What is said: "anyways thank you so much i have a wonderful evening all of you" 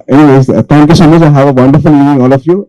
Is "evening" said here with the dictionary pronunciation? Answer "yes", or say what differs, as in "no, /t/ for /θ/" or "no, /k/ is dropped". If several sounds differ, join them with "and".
no, /v/ is dropped